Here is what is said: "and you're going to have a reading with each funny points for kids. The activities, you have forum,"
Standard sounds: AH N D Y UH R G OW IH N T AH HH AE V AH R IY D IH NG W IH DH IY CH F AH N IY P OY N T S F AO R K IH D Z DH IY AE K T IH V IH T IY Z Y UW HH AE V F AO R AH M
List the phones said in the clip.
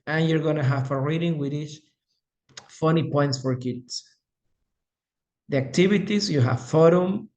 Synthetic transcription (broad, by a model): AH N Y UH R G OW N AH HH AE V AH R IY D IH NG W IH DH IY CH F AH N IY P OY N T S F AO R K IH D S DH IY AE K T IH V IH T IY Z Y UW HH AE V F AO R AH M